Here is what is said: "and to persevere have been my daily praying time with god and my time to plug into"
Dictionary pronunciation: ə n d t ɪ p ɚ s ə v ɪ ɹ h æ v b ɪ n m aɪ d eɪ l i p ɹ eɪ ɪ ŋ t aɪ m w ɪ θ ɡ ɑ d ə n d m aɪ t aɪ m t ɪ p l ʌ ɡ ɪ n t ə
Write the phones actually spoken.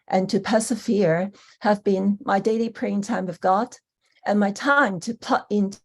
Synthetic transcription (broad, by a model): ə n t ɪ p ɚ s ə v ɪ ɹ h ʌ v b ɪ n m aɪ d eɪ l i p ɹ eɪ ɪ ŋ t aɪ m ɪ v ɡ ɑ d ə n m aɪ t aɪ m t ɪ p ʌ ɪ n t